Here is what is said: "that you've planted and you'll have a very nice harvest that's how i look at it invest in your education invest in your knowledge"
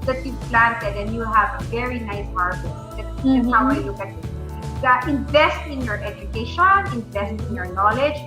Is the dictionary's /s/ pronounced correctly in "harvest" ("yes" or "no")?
no